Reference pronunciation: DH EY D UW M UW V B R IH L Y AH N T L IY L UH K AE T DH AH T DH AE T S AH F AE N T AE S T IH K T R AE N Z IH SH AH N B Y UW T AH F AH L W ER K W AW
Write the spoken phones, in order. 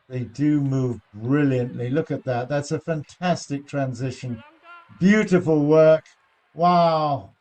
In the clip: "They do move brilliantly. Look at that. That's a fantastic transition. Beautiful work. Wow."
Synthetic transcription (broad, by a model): DH EY D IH M UW V B R IH L Y AH N T L IY L UH K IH T DH AH T DH AE T S AH F AE N T AE S T IH K T R AE N Z IH SH AH N B Y UW T AH F AH L W ER K W AW